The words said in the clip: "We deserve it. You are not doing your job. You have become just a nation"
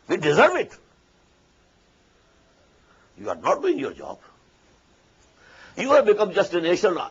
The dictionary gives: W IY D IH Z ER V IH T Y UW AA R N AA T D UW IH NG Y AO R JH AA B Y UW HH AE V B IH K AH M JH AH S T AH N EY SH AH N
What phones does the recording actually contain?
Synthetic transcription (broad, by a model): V IY D IH Z ER V IH T Y UW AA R N AA T D UW IH NG Y AO R JH AA B Y UW HH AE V B IH K AH M JH AH S T AH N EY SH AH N